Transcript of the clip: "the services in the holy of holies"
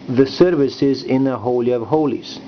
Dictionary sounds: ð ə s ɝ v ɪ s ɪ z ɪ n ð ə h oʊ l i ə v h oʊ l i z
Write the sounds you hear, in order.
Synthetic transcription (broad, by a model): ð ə s ɝ v ɪ s ɪ z ɪ n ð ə h oʊ l i ə v h oʊ l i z